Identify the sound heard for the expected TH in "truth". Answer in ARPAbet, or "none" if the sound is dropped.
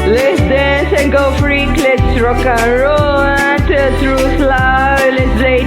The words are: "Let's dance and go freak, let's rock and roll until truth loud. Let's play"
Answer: S